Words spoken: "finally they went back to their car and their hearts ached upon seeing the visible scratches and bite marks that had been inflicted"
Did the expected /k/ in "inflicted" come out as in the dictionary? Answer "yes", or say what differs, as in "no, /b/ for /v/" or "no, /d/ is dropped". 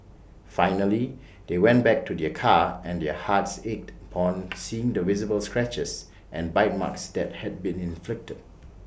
yes